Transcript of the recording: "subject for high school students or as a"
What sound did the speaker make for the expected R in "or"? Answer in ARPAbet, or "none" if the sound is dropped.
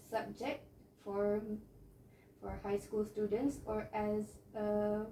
R